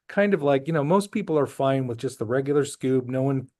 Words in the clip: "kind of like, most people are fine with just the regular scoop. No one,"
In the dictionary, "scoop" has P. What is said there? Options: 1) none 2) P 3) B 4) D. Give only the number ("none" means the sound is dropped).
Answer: 3